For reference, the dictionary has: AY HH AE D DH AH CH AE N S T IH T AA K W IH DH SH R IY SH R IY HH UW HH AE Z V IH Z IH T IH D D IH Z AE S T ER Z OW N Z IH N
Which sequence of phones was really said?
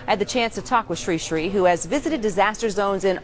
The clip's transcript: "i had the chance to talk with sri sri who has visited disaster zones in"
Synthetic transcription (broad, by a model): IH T DH AH CH AE N S T IH T AA K W IH DH SH R IY SH R IY HH UW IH Z V IH Z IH T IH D D IH Z AE S T ER Z OW N Z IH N